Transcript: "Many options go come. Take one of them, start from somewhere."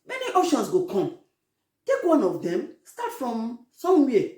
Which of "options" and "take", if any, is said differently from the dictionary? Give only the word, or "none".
options